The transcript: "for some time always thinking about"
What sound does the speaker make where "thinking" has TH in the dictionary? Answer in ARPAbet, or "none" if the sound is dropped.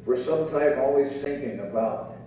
TH